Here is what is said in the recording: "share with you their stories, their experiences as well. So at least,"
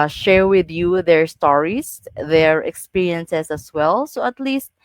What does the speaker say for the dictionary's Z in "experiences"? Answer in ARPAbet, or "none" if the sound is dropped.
S